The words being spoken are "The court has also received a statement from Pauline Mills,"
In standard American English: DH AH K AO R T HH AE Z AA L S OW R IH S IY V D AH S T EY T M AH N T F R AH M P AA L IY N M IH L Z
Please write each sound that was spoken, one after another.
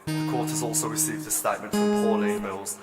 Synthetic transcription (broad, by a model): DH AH K AO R T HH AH Z AA L S OW R IH S IY V D AH S T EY T M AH N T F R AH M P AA N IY M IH L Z